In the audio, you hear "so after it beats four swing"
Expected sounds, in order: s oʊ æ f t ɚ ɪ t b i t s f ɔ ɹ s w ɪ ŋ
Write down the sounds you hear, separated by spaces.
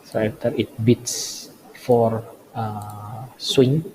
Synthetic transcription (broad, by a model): s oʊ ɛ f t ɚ ɪ t b i t s f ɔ ɹ s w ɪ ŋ